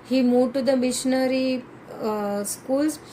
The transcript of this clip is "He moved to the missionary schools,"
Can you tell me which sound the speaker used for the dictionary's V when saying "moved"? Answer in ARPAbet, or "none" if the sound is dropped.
none